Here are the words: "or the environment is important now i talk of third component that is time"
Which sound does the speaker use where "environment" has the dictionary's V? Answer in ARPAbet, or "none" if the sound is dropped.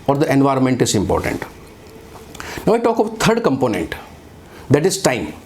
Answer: V